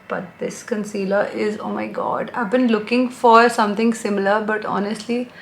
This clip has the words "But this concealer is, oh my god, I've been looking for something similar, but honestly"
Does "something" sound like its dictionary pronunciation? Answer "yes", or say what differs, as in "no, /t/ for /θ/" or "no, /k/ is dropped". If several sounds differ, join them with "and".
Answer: no, /t/ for /θ/